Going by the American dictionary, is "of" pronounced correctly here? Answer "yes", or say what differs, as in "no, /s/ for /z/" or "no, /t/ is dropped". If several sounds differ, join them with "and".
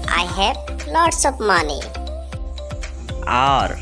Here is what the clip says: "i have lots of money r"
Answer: no, /p/ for /v/